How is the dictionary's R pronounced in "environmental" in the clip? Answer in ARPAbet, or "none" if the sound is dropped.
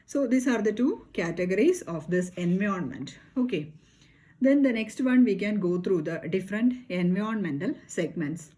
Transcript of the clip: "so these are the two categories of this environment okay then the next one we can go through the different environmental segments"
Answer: none